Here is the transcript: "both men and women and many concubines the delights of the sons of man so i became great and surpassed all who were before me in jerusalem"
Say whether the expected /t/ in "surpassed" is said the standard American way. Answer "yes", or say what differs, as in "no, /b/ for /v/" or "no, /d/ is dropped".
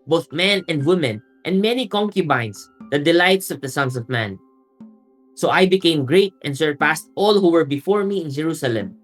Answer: yes